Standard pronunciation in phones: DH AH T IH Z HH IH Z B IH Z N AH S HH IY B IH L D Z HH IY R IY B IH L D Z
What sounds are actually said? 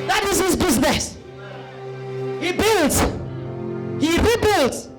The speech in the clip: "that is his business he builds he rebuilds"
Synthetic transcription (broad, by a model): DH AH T IH Z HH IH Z B IH Z N AH S HH IY B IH L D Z HH IY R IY B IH L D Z